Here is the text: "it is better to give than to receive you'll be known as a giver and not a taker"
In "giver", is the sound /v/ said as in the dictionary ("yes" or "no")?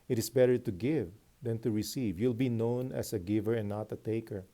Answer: yes